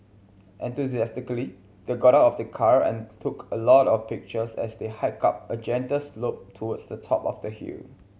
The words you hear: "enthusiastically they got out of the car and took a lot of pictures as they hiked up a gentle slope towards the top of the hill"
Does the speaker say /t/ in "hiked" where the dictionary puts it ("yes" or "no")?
no